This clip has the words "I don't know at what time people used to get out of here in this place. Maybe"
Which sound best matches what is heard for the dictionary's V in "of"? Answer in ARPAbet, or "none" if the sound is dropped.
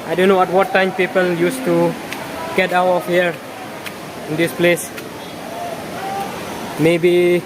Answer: F